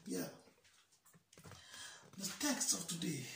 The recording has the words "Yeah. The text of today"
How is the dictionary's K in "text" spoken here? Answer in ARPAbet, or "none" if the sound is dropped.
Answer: K